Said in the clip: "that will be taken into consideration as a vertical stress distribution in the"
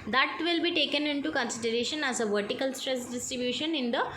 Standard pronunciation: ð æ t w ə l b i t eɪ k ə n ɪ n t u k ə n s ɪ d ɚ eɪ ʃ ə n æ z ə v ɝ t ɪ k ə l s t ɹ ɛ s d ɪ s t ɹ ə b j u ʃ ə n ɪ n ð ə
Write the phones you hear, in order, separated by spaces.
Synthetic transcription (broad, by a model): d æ t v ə l b i t eɪ k ə n ɪ n t u k ə n s ɪ d ɚ eɪ ʃ ə n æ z ə v ɝ t ɪ k ə l s t ɹ ɛ s d ɪ s t ɹ ə b j u ʃ ə n ɪ n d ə